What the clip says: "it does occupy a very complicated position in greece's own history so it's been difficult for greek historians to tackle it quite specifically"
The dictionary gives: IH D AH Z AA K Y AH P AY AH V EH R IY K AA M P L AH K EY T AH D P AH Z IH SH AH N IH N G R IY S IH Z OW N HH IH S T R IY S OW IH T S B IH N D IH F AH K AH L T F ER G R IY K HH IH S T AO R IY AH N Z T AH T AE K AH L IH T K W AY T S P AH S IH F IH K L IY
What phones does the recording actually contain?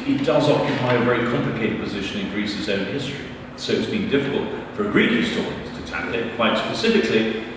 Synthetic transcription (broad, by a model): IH D AH Z AA K Y AH P AY AH V EH R IY K AA M P L AH K EY T AH D P AH Z IH SH AH N IH N G R IY S IH Z OW N HH IH S T R IY S OW IH T S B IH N D IH F AH K AH L T F ER G R IY K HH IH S T AO R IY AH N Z T AH T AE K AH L IH T K W AY T S P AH S IH F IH K L IY